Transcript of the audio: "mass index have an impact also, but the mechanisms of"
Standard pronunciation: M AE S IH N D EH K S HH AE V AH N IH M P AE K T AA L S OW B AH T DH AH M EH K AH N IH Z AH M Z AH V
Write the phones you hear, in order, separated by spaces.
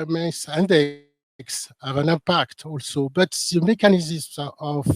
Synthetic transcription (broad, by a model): M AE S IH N D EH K S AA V AH N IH P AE K T AA L S OW B AH T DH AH M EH K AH N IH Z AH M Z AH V